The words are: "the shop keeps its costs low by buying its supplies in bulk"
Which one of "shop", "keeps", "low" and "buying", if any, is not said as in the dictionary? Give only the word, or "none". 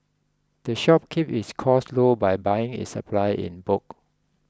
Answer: keeps